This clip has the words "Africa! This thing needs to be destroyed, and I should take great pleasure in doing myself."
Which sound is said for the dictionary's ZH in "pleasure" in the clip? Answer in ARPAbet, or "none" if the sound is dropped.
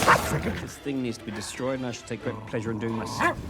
ZH